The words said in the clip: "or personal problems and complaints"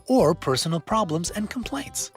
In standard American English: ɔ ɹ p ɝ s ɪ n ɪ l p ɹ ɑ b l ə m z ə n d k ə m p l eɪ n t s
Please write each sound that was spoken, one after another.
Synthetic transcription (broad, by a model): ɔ ɹ p ɝ s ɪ n l p ɹ ɑ b l ə m z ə n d k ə m p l eɪ n t s